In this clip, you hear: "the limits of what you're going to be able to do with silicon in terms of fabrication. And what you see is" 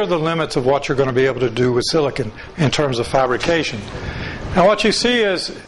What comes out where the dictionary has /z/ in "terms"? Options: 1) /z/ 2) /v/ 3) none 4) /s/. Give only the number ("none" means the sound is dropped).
1